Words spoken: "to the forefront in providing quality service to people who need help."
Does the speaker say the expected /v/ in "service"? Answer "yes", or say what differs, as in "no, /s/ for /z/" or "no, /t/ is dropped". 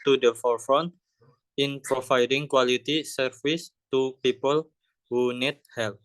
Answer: no, /f/ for /v/